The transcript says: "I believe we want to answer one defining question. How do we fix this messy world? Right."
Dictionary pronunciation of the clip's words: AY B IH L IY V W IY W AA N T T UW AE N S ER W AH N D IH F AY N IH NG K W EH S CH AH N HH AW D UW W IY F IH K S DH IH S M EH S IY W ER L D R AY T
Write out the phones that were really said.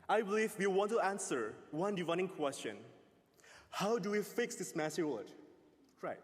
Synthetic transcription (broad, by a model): AY B IH L IY V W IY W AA N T T UW AE N S ER W AH N D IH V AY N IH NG K W EH S CH AH N HH AW D UW W IY F IH K S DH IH S M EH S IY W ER D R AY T